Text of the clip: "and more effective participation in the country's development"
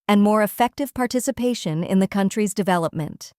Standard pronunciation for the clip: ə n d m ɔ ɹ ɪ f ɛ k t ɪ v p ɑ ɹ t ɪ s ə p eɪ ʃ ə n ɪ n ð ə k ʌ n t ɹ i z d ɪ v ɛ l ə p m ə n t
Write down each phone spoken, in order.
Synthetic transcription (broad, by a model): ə n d m ɔ ɹ ɪ f ɛ k t ɪ v p ɑ ɹ t ɪ s ə p eɪ ʃ ə n ɪ n ð ə k ʌ n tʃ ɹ i z d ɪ v ɛ l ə p m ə n t